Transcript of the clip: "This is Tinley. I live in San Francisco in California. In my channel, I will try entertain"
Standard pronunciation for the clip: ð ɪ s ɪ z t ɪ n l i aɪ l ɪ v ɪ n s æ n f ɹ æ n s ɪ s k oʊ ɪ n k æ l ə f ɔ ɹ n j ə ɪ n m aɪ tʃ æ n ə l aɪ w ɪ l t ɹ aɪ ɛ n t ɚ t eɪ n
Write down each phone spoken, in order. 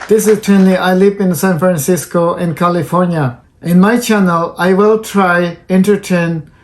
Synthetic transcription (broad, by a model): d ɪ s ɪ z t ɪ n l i aɪ l ɪ v ɪ n s æ n f ɹ æ n s ɪ s k oʊ ɪ n k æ l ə f ɔ ɹ n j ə ɪ n m aɪ tʃ æ n ə l aɪ w ɪ l t ɹ aɪ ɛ n t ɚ t eɪ n